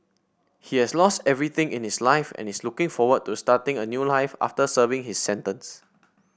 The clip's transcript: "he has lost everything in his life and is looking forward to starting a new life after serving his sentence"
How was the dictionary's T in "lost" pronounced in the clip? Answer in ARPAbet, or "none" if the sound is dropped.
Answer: T